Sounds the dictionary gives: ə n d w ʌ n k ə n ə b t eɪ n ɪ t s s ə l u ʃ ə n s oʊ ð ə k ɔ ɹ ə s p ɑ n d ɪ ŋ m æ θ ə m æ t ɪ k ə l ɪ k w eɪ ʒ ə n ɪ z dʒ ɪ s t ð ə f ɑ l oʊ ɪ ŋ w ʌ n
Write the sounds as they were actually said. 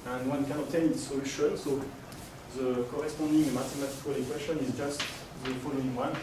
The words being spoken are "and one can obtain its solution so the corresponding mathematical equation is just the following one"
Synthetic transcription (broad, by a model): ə n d w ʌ n k ə n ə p t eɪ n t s s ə l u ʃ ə n s oʊ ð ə k ɔ ɹ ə s p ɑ d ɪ ŋ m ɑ t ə m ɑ t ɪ k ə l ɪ k w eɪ ʃ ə n ɪ z dʒ ɪ s t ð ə f ɑ l oʊ ɪ ŋ w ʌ n